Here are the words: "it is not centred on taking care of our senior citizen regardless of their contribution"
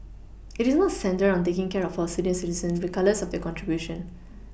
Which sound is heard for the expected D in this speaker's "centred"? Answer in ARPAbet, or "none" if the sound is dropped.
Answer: none